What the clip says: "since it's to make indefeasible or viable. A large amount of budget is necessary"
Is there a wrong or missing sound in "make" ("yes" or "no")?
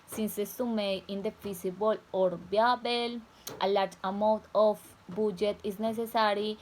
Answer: yes